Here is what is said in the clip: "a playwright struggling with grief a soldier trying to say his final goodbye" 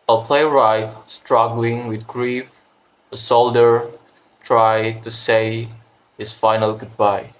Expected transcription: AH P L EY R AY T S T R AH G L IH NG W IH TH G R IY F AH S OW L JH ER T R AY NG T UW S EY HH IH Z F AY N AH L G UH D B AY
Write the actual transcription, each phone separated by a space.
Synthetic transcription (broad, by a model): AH P L EY R AY T S T R AH G L IH NG W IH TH G R IY F AH S OW L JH ER T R AY T UW S EY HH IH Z F AY N AH L G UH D B AY